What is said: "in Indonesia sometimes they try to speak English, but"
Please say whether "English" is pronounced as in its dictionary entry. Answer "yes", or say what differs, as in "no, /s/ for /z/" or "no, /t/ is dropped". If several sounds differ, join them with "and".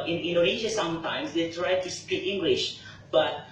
yes